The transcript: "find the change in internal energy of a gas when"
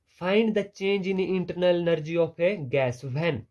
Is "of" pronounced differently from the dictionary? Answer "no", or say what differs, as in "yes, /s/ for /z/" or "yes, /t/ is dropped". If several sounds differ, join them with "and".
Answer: yes, /p/ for /v/